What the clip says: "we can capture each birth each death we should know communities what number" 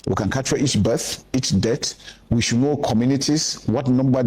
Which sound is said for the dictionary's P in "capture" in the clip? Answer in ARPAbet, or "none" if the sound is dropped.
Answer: none